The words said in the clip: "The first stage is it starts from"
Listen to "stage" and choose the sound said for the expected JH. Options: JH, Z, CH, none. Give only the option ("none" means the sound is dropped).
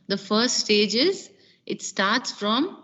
JH